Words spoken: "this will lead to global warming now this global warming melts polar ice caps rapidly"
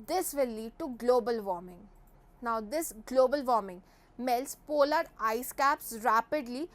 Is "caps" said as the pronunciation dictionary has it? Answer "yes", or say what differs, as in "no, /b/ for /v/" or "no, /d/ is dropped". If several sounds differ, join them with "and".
yes